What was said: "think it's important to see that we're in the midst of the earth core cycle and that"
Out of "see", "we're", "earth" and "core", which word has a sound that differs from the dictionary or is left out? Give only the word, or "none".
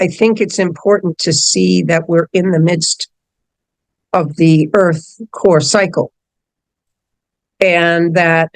none